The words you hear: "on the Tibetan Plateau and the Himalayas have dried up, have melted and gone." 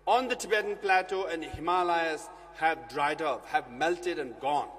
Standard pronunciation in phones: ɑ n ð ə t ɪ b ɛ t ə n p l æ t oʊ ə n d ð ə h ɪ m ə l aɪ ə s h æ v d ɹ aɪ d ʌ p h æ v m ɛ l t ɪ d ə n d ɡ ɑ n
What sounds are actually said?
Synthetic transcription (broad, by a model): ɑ n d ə t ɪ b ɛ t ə n p l æ t oʊ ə n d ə h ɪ m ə l aɪ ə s h æ v d ɹ aɪ d ʌ p h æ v m ɛ l t ɪ d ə n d ɡ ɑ n